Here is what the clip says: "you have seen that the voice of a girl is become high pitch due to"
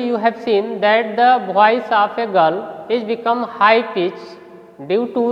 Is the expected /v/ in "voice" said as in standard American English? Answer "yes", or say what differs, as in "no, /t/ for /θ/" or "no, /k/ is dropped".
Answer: no, /b/ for /v/